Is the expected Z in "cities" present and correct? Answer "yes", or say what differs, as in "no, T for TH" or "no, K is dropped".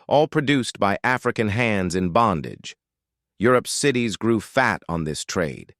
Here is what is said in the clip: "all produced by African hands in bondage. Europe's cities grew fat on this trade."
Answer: yes